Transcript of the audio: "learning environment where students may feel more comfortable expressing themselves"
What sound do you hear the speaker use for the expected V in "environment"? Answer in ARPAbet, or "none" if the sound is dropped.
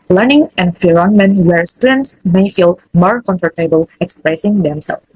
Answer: F